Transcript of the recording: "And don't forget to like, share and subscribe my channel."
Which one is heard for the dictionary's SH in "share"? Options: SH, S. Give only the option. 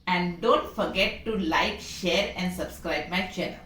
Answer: SH